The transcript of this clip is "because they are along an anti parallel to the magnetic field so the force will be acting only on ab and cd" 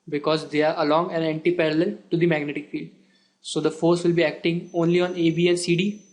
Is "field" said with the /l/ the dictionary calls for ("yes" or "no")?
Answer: yes